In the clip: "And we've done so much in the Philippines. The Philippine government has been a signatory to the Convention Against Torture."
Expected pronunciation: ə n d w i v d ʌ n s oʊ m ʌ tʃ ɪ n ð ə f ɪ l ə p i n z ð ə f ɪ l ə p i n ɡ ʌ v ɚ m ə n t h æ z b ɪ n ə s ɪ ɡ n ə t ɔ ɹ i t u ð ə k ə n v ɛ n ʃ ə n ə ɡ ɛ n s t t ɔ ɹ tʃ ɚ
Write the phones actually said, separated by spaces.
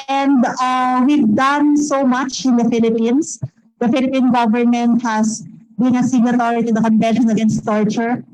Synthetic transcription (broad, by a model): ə n d w i v d ʌ n s oʊ m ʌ tʃ ɪ n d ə f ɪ l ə p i n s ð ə f ɪ l ə p i n ɡ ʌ v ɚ m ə n t h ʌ s b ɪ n ə s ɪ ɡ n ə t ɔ ɹ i t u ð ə k ə n v ɛ n ʃ ə n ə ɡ ɛ n s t t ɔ ɹ tʃ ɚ